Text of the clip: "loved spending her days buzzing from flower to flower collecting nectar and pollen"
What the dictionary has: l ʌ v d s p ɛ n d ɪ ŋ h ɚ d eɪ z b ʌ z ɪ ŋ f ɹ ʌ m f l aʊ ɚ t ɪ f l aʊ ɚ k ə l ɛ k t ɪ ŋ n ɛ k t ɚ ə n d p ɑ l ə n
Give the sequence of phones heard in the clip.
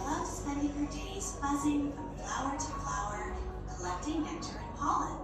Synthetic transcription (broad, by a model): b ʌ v s p ɛ n d ɪ ŋ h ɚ d eɪ z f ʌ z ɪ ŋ f ɹ ʌ m f l aʊ ɚ t ɪ f l aʊ ɚ k ə l ɛ k t ɪ ŋ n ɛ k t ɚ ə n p ɑ l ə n